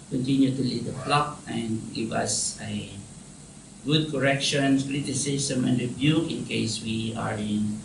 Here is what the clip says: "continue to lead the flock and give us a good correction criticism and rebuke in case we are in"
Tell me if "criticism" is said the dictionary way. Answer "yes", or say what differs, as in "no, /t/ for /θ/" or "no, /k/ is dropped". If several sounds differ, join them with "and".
no, /s/ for /z/